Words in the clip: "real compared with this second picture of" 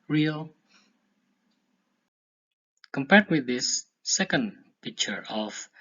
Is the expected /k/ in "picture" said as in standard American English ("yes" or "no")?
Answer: yes